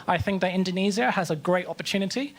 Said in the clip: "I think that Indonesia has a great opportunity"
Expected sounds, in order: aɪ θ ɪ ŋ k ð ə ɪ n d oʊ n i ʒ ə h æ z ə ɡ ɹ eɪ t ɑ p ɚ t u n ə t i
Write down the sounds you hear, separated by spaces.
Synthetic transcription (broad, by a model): aɪ θ ɪ ŋ k ð ə ɪ n d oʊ n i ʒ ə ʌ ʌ z ə ɡ ɹ eɪ t ɑ p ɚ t u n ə t i